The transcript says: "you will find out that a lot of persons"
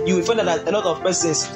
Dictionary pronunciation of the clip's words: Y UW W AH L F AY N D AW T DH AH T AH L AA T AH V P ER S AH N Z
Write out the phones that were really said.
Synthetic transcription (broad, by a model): Y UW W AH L F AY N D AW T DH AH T AH N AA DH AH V P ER S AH N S